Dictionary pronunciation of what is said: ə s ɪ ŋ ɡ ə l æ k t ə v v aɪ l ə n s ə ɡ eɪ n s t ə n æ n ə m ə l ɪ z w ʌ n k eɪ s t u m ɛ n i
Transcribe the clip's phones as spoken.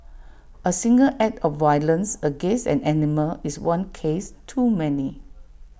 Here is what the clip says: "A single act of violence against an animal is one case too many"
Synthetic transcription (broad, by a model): ə s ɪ ŋ ɡ ə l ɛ t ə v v aɪ l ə n s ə ɡ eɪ n s ə n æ n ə m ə l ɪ s w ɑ n k eɪ s t u m ɛ n i